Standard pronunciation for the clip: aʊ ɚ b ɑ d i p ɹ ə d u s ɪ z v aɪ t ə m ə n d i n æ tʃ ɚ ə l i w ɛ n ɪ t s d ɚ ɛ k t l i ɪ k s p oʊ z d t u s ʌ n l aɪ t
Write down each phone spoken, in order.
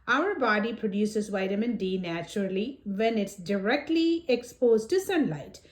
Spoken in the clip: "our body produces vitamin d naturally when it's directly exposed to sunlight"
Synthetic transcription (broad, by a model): aʊ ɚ b ɑ d i p ɹ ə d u s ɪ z v aɪ t ə m ə n d i n æ tʃ ɚ ə l i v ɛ n ɪ t s d ɚ ɛ k t l i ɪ k s p oʊ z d t u s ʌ n l aɪ t